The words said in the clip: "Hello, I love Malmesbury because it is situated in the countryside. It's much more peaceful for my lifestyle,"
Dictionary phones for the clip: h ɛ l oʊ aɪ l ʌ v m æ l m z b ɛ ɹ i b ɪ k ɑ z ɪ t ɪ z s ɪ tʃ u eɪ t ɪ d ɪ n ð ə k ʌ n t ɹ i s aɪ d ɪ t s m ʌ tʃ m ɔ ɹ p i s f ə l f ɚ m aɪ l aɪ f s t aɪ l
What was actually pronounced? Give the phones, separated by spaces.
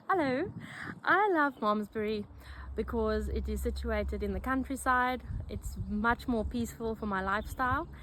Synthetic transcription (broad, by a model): h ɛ l oʊ aɪ l ʌ v m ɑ m z b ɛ ɹ i b ɪ k ɑ z ɪ t ɪ z s ɪ tʃ u eɪ t ɪ d ɪ n ð ə k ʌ n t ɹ i s aɪ d ɪ t s m ʌ tʃ m ɔ ɹ p i s f ə l f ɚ m aɪ l aɪ f s t aɪ l